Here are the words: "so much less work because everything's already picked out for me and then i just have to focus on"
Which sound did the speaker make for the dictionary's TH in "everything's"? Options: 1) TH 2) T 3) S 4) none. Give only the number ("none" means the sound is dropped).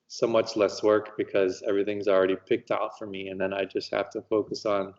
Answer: 1